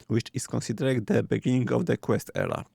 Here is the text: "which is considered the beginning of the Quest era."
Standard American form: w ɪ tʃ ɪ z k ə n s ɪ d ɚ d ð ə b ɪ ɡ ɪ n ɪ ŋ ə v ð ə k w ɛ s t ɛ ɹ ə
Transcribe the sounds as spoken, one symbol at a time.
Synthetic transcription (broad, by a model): w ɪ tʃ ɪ s k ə n s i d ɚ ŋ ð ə b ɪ ɡ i n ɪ ŋ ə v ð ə k w ɛ s t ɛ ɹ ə